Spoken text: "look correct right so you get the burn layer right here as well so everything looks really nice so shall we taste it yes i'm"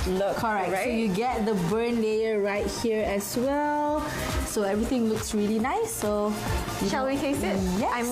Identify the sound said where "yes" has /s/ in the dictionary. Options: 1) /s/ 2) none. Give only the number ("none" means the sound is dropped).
2